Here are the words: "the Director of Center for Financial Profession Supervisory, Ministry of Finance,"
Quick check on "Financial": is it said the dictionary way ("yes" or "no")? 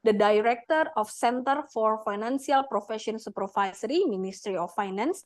no